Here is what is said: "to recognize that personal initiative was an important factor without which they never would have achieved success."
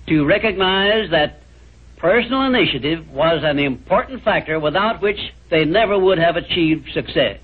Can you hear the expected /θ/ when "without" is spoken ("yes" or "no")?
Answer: yes